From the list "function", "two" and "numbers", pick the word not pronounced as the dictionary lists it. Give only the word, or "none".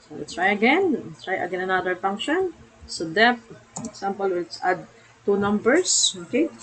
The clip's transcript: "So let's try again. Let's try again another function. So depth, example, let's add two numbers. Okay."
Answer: numbers